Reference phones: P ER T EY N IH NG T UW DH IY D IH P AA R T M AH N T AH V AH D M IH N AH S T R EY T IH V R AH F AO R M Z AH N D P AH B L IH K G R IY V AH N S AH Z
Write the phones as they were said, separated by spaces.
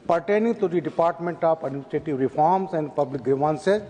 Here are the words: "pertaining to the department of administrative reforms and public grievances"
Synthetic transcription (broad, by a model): P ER T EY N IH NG T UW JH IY D IH P AA R T M AH N T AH P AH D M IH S T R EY T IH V R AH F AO R M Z AH N D P AH B L IH K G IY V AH N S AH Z